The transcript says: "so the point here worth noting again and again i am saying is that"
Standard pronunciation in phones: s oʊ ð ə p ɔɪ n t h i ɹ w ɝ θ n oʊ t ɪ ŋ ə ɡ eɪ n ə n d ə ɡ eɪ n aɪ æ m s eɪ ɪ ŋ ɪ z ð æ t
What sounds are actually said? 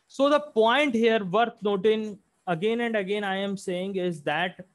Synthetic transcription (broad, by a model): s oʊ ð ə p ɔɪ n t h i ɹ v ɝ t n oʊ t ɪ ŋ ə ɡ eɪ n ə n d ə ɡ eɪ n aɪ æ m s eɪ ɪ ŋ ɪ z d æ t